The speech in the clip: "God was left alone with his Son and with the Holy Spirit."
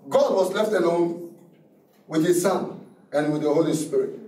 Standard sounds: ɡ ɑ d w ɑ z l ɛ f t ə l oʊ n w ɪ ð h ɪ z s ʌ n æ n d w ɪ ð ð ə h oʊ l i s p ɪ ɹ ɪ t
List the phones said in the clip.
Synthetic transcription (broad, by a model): ɡ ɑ d w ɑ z l ɛ f t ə n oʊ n w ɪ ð h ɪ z s ʌ n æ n w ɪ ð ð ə h oʊ l i s p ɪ ɹ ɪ t